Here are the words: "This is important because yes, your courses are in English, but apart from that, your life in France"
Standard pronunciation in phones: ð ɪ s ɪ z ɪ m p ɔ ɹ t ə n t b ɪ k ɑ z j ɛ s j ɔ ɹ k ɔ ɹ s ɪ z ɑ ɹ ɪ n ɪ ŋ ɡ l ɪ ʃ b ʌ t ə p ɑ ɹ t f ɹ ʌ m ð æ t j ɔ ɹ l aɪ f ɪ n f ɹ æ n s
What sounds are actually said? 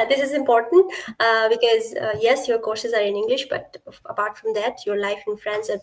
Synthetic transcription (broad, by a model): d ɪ s ɪ z ɪ m p ɔ ɹ t ə n t b ɪ k ɑ z j ɛ s j ɔ ɹ k ɔ ɹ s ɪ z ɑ ɹ ɪ n ɪ ŋ ɡ l ɪ ʃ b ʌ t ə p ɑ ɹ t f ɹ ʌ m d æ t j ɔ ɹ l aɪ f ɪ n f ɹ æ n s